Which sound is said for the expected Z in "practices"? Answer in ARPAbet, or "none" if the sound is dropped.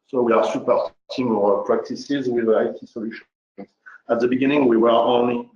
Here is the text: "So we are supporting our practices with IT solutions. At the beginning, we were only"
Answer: Z